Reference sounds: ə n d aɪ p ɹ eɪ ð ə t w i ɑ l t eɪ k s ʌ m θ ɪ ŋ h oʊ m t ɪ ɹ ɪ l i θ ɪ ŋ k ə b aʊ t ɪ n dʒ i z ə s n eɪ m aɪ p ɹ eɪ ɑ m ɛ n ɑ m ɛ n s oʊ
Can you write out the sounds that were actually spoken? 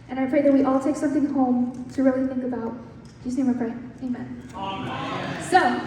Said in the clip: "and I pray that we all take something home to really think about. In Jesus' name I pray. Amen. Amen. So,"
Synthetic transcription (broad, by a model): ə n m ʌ f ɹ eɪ ð ə t w i ɑ l t eɪ k s ʌ m θ ɪ ŋ h oʊ m t ɪ ɹ ɪ l i θ ɪ ŋ k ə b aʊ t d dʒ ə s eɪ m aɪ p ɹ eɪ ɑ ɛ ɑ m ɛ n s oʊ